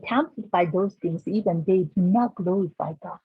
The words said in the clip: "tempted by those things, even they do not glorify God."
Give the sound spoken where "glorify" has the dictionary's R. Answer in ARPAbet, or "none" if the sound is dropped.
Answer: none